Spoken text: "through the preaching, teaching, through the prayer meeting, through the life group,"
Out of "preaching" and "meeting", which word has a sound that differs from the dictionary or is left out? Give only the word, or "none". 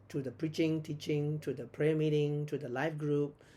none